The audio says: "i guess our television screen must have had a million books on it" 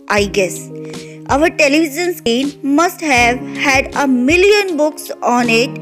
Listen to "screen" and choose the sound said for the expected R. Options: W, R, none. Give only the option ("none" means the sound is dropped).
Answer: none